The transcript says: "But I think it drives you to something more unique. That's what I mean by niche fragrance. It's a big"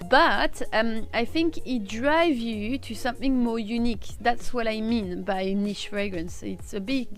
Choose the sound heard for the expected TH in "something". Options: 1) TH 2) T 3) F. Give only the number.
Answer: 1